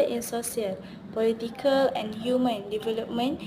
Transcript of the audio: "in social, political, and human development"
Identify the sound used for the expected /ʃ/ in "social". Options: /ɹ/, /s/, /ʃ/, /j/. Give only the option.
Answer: /s/